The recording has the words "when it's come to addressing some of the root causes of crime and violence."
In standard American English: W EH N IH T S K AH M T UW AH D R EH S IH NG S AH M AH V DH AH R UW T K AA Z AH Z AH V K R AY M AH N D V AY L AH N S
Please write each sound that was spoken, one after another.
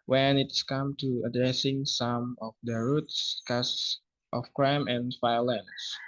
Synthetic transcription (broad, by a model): W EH N IH T S K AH M T UW AH D R EH S IH NG S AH M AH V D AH R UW T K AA S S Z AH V K R AY M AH N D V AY L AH N S